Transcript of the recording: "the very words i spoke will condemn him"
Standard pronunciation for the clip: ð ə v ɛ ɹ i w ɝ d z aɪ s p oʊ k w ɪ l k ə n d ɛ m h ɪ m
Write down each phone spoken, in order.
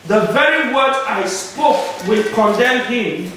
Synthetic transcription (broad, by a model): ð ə v ɛ ɹ i w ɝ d aɪ s p oʊ k w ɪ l k ə n d ɛ m h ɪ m